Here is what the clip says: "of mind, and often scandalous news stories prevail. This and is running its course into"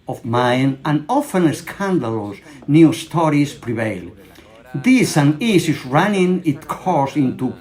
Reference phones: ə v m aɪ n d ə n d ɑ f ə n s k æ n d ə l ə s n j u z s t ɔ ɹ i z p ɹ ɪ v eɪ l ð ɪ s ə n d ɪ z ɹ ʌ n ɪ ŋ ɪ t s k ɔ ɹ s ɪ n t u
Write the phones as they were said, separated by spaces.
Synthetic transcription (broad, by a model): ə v m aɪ n ə n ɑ f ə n s k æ n d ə l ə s n j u s t ɔ ɹ i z p ɹ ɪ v eɪ l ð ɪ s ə n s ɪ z ɹ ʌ n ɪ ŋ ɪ t k ɔ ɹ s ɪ n t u